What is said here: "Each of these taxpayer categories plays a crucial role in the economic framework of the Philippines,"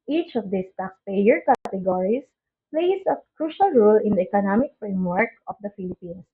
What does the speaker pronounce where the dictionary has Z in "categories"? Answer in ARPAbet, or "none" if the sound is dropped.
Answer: S